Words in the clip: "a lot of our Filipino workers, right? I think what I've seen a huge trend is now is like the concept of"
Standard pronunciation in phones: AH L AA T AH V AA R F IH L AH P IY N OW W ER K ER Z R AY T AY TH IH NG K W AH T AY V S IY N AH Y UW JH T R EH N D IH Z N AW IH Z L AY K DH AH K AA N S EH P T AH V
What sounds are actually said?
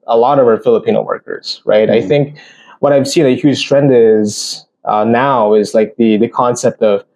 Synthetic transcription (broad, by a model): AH L AA T AH V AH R F IH L AH P IY N OW W ER K ER Z R AY T AY TH IH NG K W AH T AY V S IY N AH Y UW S T R EH N D IH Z N AW IH Z L AY K DH AH K AA N S EH P T AH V